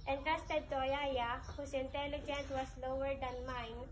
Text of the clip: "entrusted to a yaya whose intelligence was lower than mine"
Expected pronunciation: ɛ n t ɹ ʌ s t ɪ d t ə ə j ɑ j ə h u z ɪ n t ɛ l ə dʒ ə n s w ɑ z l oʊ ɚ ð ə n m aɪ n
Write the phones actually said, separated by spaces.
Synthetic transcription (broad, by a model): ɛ n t ɹ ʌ s t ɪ d t ə ə j ɑ j ə h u s ɪ n t ɛ l ə dʒ ə n s w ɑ s l oʊ ɚ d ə n m aɪ n